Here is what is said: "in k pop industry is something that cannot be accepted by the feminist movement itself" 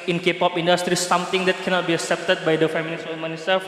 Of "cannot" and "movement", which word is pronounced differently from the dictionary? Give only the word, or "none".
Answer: movement